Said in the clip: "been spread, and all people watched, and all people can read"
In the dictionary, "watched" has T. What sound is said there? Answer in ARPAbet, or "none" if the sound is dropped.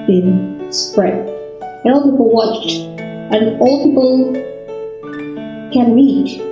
T